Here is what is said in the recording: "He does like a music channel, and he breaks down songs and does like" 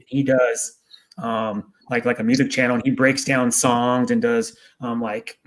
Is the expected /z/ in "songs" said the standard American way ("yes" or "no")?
yes